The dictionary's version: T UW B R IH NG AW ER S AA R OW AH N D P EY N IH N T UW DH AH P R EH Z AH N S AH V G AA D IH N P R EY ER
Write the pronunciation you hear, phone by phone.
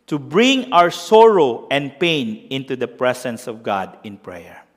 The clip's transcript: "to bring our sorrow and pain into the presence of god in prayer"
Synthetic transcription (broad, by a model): T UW B R IH NG AW ER S AA R OW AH N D P EY N IH N T UW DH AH P R EH S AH N S AH V G AA D IH N P R EY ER